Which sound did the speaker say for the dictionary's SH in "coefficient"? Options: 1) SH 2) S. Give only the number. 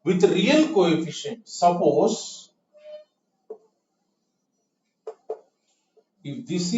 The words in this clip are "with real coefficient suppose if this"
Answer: 1